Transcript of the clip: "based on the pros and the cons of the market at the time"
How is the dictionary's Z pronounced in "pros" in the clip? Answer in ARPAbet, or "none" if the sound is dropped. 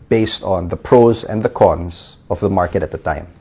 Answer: Z